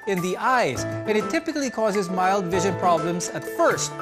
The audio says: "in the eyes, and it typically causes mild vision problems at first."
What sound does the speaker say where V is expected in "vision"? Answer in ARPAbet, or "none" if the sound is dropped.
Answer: V